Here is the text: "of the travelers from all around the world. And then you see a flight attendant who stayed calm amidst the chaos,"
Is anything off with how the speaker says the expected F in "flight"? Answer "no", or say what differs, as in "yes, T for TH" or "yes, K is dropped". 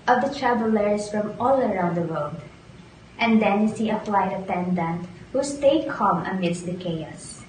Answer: yes, P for F